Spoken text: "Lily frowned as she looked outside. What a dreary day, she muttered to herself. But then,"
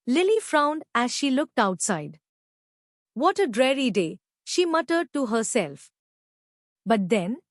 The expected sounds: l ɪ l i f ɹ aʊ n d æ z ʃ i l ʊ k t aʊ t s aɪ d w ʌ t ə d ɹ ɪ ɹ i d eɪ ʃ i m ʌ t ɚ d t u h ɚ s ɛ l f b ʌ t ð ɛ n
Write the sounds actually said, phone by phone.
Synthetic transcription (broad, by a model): l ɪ l i f ɹ aʊ n d æ z ʃ i l ʊ k t aʊ t s aɪ d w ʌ t ə d ɹ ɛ ɹ i d eɪ ʃ i m ʌ t ɚ d t u h ɚ s ɛ l f b ʌ t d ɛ n